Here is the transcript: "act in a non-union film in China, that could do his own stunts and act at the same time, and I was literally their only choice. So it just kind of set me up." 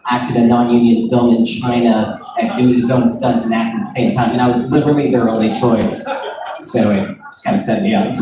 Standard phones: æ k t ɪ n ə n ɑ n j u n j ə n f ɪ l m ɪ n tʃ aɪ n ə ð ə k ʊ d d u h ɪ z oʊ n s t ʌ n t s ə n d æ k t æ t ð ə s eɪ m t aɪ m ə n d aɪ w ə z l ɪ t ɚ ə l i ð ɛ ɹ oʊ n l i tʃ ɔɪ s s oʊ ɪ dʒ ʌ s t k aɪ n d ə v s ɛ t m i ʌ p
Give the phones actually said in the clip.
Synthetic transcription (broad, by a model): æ k t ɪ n ə n ɑ n j u n j ə n f ɪ l m ɪ n tʃ aɪ n ə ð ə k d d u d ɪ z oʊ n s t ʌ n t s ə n æ k t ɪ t ð ə s eɪ m t aɪ m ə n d aɪ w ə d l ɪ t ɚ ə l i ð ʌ ɹ oʊ n l i tʃ ɔɪ s s oʊ ɪ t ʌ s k aɪ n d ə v s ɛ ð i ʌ